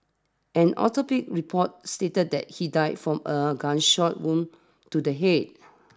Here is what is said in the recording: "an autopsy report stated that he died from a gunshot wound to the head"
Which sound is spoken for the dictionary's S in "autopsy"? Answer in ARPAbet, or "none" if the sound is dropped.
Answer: none